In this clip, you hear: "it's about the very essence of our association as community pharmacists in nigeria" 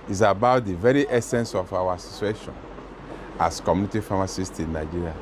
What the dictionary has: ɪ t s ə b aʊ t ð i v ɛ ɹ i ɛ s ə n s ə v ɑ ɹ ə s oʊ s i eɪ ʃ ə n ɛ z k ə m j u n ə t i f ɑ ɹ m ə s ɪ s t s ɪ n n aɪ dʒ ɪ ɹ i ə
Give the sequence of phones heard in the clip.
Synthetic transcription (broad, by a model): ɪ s ə b aʊ t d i v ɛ ɹ i ɛ s ə n s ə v ɑ w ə s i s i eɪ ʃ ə n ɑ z k ə m j u n ə t i f ɑ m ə s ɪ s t ɪ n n aɪ dʒ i ɹ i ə